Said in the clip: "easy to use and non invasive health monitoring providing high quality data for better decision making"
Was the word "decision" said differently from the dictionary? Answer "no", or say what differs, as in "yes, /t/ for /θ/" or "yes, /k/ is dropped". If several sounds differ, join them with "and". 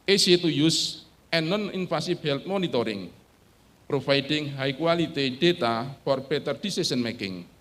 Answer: yes, /s/ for /ʒ/